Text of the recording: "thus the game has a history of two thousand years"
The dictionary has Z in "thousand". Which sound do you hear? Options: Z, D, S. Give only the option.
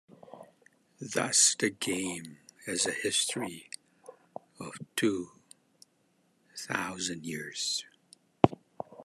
Z